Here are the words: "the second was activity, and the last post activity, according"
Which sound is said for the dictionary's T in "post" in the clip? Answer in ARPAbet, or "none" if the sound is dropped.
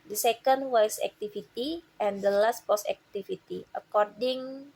none